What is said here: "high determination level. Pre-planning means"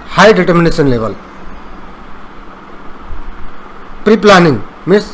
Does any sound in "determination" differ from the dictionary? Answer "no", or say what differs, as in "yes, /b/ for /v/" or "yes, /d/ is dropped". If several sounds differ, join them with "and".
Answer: yes, /s/ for /ʃ/